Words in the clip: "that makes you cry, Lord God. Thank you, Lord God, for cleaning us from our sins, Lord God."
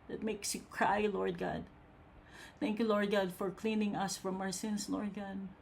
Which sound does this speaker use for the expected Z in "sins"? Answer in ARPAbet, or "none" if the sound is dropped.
S